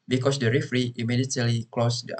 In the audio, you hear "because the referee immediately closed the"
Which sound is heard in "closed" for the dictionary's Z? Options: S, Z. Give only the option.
S